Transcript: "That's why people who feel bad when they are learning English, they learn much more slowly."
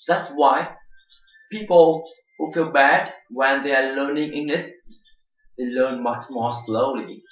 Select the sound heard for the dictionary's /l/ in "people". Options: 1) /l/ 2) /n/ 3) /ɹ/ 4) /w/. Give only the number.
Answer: 1